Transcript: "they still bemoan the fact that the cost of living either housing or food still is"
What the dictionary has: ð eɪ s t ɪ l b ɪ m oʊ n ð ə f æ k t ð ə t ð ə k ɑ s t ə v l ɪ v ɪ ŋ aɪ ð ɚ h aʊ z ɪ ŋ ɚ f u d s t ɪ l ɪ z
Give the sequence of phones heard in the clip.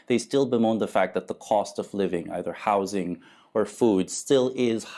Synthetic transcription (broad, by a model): ð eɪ s t ɪ l b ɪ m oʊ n ð ə f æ k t ð ə t ð ə k ɑ s t ə v l ɪ v ɪ ŋ aɪ ð ɚ h aʊ z ɪ ŋ ɚ f u d s t ɪ l ɪ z